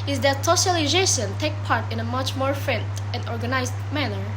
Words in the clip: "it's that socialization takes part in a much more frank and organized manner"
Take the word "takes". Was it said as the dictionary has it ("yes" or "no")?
no